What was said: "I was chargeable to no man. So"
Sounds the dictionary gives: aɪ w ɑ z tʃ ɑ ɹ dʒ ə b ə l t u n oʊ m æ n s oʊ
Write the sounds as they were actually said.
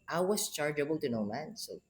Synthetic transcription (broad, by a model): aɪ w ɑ s tʃ ɑ ɹ dʒ ə b ə l t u n oʊ m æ n s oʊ